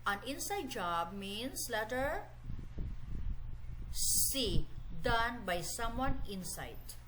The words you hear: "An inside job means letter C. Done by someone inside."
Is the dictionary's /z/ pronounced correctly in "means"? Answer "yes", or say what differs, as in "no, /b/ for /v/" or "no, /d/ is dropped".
no, /s/ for /z/